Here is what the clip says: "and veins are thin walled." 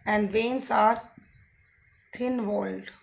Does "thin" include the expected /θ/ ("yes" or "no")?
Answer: no